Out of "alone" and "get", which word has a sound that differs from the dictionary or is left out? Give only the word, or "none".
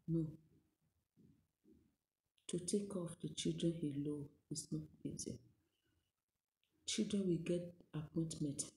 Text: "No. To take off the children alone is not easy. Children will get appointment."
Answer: alone